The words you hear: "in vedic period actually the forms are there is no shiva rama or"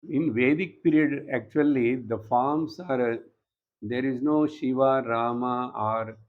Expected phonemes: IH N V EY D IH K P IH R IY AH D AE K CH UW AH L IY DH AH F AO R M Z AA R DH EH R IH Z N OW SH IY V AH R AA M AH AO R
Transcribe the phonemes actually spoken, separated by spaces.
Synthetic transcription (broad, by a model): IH N V EY D IH K P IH R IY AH D AE K CH UW AH L IY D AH F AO R M S AA R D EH R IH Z N OW SH IY V AH R AA M AH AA R